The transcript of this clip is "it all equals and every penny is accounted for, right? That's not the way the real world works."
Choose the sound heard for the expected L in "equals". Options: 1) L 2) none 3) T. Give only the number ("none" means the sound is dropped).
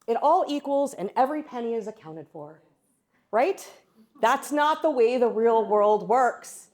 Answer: 1